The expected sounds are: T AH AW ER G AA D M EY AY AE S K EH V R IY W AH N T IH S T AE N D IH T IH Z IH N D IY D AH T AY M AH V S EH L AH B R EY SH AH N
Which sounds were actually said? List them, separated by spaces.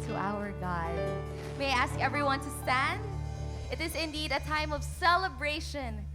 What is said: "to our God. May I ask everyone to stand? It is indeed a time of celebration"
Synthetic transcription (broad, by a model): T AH AW ER G AA D M EY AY AE S K EH V R IY W AH N T IH S T AE N D IH T IH Z IH N D IY D AH T AY M AH V S EH L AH B R EY SH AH N